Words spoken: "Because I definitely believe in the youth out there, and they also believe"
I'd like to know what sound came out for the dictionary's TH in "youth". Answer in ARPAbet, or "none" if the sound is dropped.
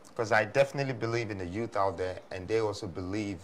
TH